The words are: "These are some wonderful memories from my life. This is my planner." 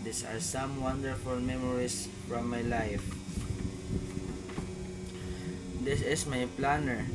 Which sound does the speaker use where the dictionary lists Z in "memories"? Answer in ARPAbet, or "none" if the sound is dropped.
S